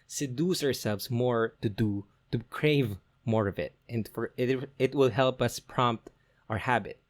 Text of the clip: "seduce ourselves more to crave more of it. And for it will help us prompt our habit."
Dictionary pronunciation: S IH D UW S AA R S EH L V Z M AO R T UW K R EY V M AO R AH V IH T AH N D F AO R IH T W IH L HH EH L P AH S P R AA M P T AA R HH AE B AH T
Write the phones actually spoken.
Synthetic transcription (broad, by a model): S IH D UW S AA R S EH L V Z M AO R T UW K R EY V M AO R AH V IH T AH N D F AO R IH T W IH L HH EH L P AH S P R AA M P T AA R HH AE B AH T